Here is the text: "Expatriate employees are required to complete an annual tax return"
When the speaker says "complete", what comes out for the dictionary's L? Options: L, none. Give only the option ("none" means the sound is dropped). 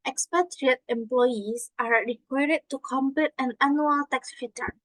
none